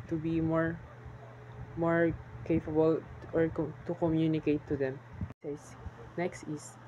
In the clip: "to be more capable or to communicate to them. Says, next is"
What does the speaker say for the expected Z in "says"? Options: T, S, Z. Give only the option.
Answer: S